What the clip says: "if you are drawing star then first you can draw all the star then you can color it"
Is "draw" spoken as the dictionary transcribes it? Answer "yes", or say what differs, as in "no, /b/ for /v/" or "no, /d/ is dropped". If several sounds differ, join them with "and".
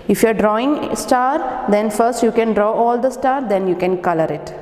yes